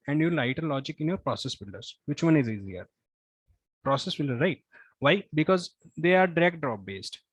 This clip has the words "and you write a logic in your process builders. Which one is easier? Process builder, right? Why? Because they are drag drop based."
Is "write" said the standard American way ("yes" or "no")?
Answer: no